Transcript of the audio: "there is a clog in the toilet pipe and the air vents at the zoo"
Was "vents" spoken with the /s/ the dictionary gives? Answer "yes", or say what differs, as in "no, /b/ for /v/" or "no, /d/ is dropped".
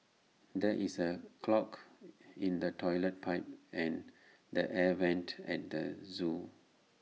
no, /s/ is dropped